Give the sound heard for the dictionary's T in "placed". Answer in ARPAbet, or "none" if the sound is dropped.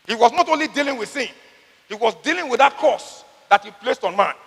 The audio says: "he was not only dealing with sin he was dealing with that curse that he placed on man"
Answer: T